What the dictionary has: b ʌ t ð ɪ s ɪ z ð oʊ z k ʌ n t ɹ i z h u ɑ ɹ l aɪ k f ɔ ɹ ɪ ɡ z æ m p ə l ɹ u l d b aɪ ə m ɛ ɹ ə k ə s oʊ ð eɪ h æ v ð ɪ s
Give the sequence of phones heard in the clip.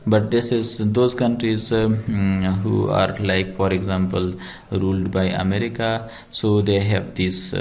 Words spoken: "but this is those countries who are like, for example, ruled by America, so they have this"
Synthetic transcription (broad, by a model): b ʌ t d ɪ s ɪ z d oʊ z k ʌ n t ɹ i z h u ɑ ɹ l aɪ k f ɔ ɹ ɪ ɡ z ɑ m p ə l ɹ u l d b aɪ ə m ɛ ɹ ə k ə s oʊ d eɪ h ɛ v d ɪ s